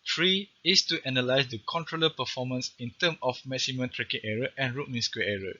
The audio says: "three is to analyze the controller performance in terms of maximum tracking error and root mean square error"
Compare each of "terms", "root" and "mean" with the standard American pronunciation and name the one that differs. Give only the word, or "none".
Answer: terms